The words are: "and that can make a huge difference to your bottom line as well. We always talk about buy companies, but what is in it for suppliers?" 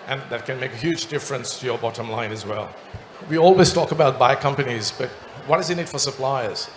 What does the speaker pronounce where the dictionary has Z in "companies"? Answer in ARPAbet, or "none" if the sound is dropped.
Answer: Z